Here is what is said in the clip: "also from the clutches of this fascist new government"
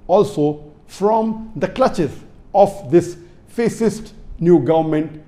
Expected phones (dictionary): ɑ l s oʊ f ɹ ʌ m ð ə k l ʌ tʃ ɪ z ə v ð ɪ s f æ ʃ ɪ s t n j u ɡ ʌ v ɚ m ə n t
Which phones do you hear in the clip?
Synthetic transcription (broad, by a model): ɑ l s oʊ f ɹ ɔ m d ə k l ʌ tʃ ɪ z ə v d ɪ s f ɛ s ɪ s t n j u ɡ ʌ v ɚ m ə n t